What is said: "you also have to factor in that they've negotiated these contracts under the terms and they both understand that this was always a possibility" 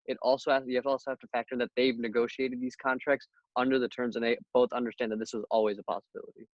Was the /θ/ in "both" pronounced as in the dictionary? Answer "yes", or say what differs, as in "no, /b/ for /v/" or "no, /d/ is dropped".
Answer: yes